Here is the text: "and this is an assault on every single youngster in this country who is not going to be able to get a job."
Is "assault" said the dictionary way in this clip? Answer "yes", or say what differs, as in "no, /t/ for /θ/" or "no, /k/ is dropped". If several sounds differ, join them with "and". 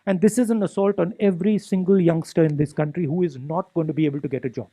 yes